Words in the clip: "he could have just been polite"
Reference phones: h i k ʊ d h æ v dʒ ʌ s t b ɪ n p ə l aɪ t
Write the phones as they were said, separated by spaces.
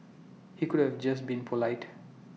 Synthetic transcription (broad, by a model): h i k ʊ d h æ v dʒ ʌ s t b ɪ n p ə l aɪ t